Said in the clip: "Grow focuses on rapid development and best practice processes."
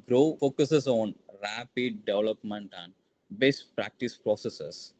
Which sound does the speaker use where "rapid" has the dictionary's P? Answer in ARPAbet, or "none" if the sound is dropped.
P